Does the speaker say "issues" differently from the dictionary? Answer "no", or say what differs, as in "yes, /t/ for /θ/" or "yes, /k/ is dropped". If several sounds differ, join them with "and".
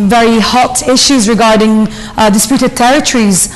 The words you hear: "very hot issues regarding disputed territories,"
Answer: no